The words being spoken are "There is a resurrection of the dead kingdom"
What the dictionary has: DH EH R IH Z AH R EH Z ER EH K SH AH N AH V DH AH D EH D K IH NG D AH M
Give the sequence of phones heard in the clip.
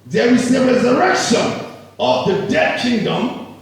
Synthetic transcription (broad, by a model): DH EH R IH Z AH R EH Z ER EH K SH AH N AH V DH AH D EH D K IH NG D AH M